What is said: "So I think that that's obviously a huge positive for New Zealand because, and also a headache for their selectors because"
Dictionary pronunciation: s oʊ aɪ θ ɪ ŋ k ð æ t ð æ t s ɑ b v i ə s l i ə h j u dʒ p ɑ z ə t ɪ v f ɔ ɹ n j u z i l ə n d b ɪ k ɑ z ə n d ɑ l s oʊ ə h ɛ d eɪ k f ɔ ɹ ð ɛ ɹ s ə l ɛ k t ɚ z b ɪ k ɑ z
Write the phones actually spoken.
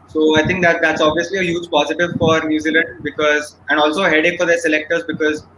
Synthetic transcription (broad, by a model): s oʊ aɪ t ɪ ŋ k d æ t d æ t s ɑ b v i ə s l i ə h j u dʒ p ɑ z ə t ɪ v f ɔ ɹ n j u z i l ə n d b ɪ k ɑ z ə n d ɑ l s oʊ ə h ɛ d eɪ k f ɔ ɹ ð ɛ ɹ s ə l ɛ k t ɚ z b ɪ k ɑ z